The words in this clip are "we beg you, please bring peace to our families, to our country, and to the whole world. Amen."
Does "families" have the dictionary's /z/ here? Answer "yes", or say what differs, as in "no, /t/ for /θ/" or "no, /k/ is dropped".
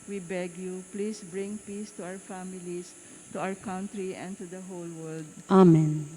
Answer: no, /s/ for /z/